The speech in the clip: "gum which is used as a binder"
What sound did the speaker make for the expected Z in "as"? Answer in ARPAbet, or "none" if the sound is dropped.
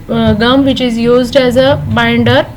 Z